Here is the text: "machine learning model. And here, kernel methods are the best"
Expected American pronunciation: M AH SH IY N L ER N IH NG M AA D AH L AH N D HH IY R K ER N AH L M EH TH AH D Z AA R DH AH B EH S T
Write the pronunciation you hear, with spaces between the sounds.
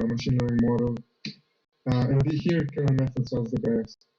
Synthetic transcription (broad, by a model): M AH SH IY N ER IH M AA D AH L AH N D HH IY R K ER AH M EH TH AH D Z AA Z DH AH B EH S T